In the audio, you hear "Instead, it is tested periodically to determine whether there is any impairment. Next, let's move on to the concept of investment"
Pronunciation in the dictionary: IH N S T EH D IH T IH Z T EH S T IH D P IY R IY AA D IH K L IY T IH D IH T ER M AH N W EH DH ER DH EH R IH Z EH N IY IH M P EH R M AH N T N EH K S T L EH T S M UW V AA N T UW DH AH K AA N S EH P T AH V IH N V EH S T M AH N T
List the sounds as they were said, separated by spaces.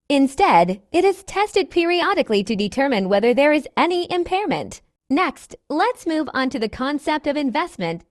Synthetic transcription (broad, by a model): IH N S T EH D IH T IH Z T EH S T IH D P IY R IY AA D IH K L IY T IH D IH T ER M AH N W EH DH ER DH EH R IH Z EH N IY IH M P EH R M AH N T N EH K S T L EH T S M UW V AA N T UW DH AH K AA N S EH P T AH V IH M V EH S T M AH N T